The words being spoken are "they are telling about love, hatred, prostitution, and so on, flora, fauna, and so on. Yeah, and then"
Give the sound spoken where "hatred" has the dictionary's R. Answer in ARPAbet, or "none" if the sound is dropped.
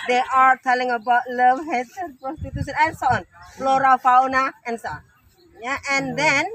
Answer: none